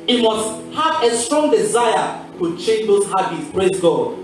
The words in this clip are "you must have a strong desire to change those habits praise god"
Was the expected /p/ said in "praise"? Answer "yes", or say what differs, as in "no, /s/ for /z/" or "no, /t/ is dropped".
no, /b/ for /p/